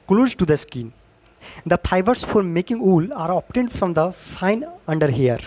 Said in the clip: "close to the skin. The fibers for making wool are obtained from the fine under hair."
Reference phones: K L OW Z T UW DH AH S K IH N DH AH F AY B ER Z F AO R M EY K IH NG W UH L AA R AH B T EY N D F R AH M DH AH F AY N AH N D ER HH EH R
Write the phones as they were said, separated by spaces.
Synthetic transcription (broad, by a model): K L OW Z T UW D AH S K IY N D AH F AY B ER S F AO R M EY K IH NG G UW L AA R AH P T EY N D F R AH M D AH F AY N AH N D ER HH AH R